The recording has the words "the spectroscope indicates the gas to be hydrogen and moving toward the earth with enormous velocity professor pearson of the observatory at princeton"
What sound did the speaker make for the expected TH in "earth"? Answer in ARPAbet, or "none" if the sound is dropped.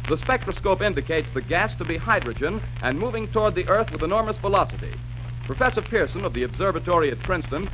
TH